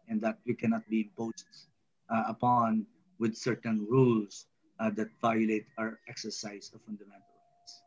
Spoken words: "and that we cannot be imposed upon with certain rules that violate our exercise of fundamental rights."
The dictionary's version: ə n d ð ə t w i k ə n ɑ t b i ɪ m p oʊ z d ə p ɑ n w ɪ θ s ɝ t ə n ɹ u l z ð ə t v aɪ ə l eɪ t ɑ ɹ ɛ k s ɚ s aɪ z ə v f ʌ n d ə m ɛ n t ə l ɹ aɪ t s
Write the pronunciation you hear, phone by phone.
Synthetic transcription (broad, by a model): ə n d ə t w i k ə n ɑ t b i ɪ m p oʊ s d ə p ɑ n w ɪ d s ɝ t ə n ɹ u l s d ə t v aɪ ə l eɪ t ɑ ɹ ɛ k s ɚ s aɪ s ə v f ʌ n d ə m ɛ n t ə l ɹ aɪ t s